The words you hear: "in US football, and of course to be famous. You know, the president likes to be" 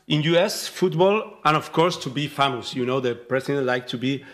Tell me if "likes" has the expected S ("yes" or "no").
no